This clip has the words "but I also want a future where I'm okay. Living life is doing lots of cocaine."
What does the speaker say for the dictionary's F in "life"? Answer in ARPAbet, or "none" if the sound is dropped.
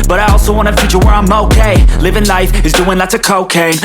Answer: F